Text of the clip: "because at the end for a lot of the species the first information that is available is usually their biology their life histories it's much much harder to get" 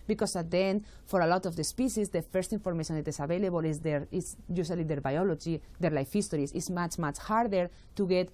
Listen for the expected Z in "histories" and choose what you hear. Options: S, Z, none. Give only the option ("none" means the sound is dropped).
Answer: S